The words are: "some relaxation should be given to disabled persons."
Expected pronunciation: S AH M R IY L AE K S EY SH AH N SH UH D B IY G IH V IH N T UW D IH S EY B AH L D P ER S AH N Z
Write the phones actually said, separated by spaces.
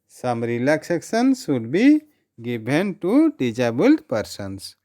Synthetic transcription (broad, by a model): S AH M R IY L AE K S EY S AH N S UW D B IY G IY B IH N T UW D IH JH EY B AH L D P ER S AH N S